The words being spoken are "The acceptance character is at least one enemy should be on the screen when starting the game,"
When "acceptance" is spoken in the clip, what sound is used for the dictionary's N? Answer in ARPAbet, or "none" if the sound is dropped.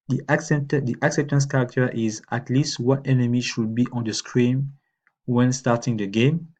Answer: N